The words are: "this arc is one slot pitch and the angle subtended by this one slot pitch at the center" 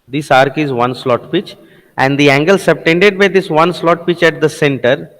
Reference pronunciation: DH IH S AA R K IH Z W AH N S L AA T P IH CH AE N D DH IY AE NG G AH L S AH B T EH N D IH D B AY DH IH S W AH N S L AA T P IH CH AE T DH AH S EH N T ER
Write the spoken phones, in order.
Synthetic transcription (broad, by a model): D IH S AA R K IH Z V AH N S L AA T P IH CH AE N D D IY AE NG G AH L S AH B T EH N D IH D B AY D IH S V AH N S L AA T P IH CH AE T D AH S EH N T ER